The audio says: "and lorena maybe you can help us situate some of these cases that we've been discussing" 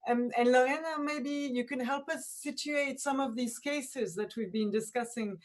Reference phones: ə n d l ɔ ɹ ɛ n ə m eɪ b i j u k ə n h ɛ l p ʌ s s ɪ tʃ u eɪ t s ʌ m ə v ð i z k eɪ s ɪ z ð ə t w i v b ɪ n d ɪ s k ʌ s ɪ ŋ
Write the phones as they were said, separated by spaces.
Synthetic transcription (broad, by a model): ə n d l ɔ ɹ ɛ n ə m eɪ b i j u k ə n h ɛ l p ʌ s s ɪ tʃ u eɪ t s ʌ m ə v ð i z k eɪ s ɪ z ð ə t w i v b ɪ n d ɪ s k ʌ s ɪ ŋ